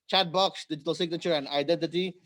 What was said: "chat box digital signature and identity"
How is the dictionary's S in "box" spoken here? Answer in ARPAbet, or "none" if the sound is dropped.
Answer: S